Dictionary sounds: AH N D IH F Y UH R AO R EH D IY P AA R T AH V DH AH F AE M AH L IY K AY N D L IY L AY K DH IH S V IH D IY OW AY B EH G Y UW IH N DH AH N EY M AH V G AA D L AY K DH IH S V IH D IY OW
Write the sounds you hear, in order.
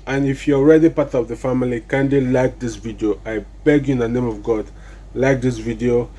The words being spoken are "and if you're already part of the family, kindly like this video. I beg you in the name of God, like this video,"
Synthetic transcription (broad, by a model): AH N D IH F Y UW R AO R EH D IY P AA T AH V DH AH F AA M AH L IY K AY N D IY L AY K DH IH S V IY D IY OW AY B EH G Y UW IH N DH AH N EY M AH V G AA D L AY K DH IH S V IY D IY OW